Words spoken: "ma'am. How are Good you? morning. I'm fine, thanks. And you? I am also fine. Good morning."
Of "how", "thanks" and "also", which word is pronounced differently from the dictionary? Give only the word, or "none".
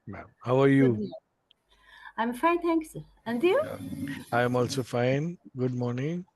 thanks